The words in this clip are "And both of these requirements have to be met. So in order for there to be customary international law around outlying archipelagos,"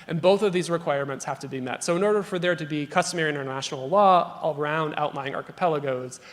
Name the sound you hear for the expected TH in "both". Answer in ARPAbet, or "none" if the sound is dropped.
TH